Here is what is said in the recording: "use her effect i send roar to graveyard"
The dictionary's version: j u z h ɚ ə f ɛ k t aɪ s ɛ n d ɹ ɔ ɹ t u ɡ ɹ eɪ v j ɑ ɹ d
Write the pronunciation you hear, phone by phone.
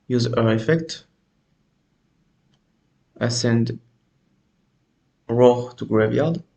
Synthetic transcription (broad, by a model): j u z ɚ ə f ɛ k t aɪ s ɛ n d ɹ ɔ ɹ t u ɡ ɹ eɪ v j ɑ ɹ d